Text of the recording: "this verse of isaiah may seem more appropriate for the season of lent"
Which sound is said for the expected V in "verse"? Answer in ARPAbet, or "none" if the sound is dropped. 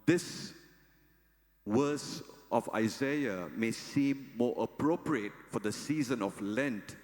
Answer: W